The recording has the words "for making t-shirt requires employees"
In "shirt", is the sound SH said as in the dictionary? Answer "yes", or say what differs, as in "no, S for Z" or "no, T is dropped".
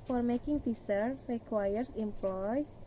no, S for SH